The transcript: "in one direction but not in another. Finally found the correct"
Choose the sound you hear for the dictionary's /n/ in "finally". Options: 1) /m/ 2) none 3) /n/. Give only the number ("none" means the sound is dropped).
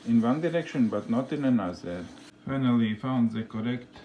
3